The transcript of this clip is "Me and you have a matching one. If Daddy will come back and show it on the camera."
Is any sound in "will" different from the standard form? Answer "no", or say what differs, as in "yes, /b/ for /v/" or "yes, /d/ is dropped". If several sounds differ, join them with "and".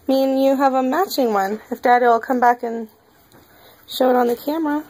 no